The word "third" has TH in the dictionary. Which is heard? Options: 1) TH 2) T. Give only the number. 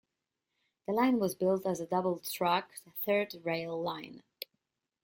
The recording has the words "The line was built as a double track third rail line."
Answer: 1